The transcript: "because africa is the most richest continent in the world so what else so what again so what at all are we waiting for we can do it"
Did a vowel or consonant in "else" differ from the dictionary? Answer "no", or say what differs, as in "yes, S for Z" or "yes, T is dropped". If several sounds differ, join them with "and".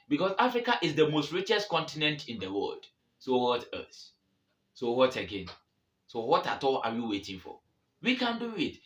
yes, L is dropped